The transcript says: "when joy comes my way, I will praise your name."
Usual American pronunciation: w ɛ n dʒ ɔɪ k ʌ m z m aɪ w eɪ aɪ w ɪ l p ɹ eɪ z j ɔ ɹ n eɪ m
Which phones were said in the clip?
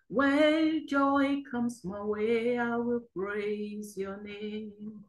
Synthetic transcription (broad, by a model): w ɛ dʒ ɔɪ k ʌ m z m aɪ w eɪ aɪ w ɪ l p ɹ eɪ z j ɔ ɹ n eɪ m